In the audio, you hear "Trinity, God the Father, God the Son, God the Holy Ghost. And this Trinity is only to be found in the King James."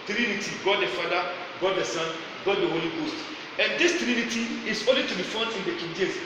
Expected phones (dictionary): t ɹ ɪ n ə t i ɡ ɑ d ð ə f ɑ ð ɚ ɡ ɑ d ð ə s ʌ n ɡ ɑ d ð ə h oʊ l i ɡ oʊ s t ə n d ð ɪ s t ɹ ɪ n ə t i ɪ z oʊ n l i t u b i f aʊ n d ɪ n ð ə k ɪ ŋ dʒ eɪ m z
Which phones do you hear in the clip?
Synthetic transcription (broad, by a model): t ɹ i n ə t i ɡ ɑ d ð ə f ɑ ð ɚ ɡ ɑ d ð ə s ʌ n ɡ ɑ d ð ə h oʊ l i ɡ oʊ s t ə n d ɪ s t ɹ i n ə t i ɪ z oʊ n l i t u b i f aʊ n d ɪ n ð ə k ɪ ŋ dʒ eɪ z